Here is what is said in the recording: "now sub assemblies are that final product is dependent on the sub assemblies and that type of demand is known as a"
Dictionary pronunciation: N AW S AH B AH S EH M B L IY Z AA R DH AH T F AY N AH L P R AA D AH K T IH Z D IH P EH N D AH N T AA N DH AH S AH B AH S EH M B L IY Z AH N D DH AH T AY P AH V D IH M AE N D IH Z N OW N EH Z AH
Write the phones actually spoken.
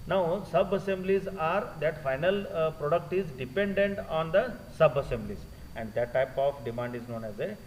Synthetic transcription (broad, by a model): N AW S AH B AH S EH M B L IY Z AA R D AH T F AY N AH L P R AA D AH K T IH Z D IH P EH N D AH N T AA N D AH S AH B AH S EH M B L IY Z AH N D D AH T AY P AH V D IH M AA N D IH Z N OW N EH Z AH